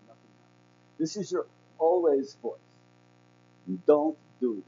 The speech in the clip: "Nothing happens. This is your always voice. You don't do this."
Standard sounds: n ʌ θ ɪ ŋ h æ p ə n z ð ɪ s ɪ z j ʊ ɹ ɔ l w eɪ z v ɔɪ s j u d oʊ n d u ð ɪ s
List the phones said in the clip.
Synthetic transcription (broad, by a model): n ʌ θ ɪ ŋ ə ð ɪ s ɪ z j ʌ ɹ ɔ l w eɪ z v ɔɪ s d oʊ n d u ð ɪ